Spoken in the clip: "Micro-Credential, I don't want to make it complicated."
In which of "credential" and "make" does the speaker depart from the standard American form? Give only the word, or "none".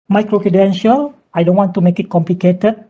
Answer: none